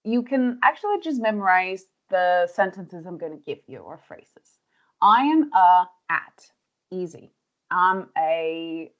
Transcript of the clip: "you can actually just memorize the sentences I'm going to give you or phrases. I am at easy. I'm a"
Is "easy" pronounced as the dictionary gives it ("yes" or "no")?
yes